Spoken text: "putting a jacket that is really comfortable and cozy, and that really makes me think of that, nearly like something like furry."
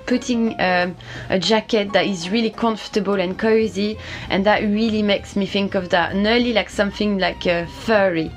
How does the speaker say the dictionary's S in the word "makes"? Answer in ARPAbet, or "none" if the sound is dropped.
S